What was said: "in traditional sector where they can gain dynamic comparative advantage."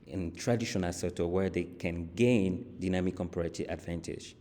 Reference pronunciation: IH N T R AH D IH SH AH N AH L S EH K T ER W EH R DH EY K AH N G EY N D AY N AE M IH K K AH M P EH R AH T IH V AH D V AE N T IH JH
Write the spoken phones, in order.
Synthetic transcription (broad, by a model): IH N T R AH D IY SH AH N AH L S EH T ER W EH R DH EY K AH N G EY N D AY N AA M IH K K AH M P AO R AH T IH AH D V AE N T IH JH